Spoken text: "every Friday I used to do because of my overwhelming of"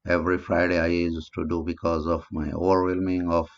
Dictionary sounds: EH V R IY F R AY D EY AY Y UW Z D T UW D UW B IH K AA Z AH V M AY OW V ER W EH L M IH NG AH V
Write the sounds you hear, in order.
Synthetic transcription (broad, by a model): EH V R IY F R AY D EY AY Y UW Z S T UW D UW B IH K AA Z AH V M AY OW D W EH L M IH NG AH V